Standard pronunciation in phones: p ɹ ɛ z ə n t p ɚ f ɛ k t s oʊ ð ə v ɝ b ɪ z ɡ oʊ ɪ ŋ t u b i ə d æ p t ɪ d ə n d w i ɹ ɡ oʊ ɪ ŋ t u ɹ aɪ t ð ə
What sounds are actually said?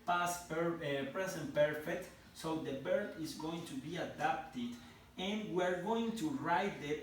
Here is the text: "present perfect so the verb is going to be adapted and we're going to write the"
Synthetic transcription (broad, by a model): p ɹ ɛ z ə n p ɚ f ɛ k t s oʊ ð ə b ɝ ɪ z ɡ oʊ ɪ ŋ t u b i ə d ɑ p t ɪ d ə n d w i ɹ ɡ oʊ ɪ ŋ t u ɹ aɪ t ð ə